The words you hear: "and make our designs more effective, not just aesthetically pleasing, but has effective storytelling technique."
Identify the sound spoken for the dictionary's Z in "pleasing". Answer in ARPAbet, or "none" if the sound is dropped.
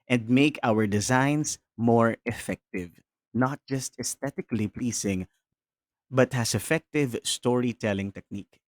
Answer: S